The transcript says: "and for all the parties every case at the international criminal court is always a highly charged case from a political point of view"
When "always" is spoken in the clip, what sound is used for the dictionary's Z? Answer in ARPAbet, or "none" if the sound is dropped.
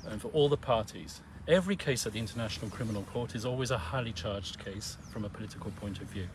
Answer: Z